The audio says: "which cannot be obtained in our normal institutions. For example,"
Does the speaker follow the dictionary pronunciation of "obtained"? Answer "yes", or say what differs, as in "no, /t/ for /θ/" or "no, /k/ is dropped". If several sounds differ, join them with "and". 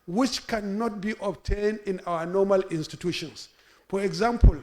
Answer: yes